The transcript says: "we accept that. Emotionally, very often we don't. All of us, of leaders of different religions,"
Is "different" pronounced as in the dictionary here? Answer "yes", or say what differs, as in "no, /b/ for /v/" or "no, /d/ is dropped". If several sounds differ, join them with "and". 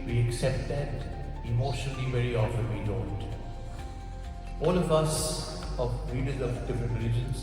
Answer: no, /ɹ/ is dropped and /n/ is dropped